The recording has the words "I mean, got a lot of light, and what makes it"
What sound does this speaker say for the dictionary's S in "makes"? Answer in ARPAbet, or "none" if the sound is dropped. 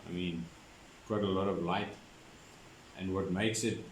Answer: S